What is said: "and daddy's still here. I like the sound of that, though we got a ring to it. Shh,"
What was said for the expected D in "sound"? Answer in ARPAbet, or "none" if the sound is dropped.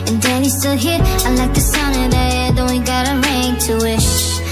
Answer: none